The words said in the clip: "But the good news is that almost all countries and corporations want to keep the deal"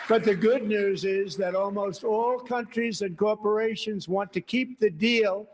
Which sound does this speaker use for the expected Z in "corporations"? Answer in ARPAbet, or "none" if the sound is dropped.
Z